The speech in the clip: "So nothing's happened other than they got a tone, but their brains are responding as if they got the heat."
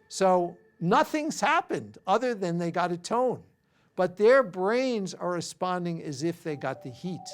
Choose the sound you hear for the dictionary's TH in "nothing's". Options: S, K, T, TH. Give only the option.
TH